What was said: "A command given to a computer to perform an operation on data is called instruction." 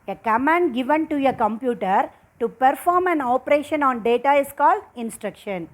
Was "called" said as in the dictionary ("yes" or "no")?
yes